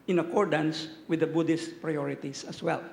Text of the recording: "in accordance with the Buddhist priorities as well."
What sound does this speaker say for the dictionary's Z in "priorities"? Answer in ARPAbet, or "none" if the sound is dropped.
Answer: S